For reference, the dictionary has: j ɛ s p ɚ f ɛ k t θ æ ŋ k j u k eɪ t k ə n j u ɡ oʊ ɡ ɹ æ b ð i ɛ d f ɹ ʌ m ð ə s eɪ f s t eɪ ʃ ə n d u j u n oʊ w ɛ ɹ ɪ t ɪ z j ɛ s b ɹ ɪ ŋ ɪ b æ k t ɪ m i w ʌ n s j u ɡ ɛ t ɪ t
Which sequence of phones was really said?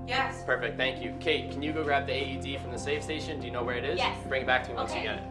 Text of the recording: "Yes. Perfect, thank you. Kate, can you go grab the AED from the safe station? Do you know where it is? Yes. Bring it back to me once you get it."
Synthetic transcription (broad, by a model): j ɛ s p ɚ f ɛ k t θ æ ŋ k j u k eɪ t k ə n j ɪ ɡ oʊ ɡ ɹ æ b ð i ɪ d f ɹ ʌ m ð ə s eɪ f s t eɪ ʃ ə n d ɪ j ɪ n oʊ w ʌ ɹ ɪ t ɪ z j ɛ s b ɹ ɪ ŋ ɪ b æ k t ɪ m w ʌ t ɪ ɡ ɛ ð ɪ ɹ